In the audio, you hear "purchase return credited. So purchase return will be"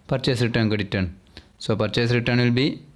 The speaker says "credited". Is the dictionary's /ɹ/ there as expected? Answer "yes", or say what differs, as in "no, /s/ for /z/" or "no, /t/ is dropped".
no, /ɹ/ is dropped